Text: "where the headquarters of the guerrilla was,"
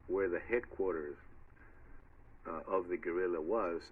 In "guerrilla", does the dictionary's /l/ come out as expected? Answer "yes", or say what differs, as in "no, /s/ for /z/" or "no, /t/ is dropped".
yes